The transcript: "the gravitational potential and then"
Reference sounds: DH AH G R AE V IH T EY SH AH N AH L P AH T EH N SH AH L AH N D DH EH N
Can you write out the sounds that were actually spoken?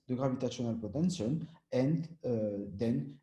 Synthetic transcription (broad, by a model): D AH G R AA V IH T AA S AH N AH L P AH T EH N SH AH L AH N D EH N